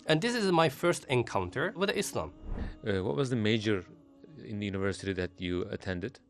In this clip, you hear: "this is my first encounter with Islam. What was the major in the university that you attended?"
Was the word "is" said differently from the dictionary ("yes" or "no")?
no